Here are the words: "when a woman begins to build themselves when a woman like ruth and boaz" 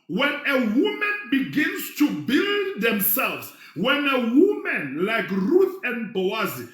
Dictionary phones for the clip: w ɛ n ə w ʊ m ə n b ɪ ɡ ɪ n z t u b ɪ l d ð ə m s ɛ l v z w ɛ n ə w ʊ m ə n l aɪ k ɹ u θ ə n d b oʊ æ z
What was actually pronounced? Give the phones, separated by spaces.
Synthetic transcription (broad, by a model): w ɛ n ə w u m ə n b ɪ ɡ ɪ n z t u b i l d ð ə m s ɛ l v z w ɛ n ə w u m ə n l aɪ k ɹ u θ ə n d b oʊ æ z